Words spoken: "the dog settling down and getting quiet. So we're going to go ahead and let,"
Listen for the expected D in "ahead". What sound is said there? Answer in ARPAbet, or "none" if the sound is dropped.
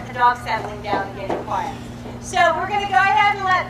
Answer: none